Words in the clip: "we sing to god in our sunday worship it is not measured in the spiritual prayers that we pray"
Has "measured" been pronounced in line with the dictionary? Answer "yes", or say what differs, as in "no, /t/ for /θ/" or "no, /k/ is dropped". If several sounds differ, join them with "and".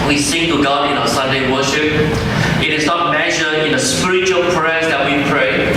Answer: no, /d/ is dropped